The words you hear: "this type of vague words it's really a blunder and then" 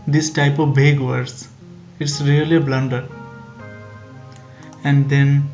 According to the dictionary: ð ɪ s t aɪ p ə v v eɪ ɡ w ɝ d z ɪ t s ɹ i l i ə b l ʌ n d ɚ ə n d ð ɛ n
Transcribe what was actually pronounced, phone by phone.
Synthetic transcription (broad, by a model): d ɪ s t aɪ p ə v b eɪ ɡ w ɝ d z ɪ t s ɹ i l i b l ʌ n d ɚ ə n d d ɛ n